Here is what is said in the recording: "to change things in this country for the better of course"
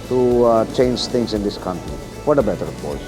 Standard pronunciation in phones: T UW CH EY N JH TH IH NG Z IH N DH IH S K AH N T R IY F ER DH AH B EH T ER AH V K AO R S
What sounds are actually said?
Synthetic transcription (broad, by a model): T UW CH EY N JH T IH NG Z IH N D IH S K AH N T R IY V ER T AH B EH T ER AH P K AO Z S